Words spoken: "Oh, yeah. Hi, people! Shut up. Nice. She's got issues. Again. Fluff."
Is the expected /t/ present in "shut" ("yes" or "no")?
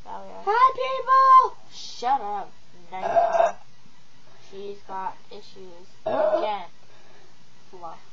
yes